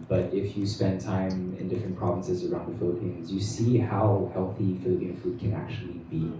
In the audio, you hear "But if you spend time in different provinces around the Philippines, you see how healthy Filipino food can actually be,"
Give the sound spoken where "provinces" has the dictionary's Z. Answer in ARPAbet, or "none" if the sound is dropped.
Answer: Z